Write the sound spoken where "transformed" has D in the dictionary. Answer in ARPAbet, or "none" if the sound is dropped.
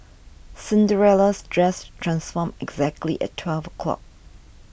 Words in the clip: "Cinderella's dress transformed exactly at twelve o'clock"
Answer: none